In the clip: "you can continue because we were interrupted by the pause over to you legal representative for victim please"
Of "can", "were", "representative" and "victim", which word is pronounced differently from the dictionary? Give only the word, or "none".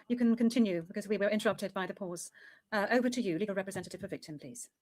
none